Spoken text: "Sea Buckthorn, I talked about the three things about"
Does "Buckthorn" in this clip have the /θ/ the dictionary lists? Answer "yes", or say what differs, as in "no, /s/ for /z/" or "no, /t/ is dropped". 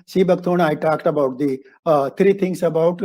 no, /t/ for /θ/